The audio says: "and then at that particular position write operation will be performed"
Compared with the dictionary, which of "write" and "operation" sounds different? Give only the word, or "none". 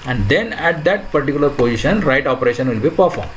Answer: none